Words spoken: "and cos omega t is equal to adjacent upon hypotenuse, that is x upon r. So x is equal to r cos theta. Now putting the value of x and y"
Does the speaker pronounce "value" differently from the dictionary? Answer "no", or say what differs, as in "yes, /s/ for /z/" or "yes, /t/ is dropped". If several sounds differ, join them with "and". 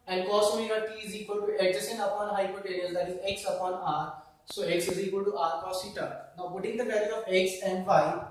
yes, /b/ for /v/